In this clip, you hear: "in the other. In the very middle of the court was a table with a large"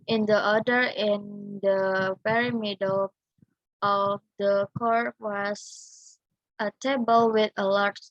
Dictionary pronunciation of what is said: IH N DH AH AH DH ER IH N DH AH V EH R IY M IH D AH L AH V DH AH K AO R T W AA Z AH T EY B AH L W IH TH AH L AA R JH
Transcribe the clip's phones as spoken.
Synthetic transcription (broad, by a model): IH N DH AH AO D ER IH N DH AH P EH R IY M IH D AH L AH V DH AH K AO R T W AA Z AH T EY B AH L W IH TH AH L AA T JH